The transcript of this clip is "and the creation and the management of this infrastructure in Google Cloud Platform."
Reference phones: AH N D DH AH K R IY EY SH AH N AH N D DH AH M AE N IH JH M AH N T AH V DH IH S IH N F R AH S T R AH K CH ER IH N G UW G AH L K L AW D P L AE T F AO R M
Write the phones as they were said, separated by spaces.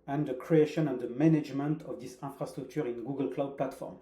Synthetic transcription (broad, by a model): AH N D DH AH K R IY EY SH AH N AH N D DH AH M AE N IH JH M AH N T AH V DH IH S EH F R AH S T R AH K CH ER IH N G UW G AH L K L AW D P L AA T F AO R M